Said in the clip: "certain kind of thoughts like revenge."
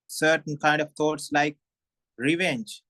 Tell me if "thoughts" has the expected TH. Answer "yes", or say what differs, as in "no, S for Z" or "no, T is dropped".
no, T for TH